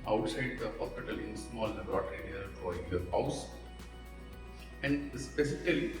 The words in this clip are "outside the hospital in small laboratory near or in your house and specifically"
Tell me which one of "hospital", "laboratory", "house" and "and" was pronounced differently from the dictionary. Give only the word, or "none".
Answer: laboratory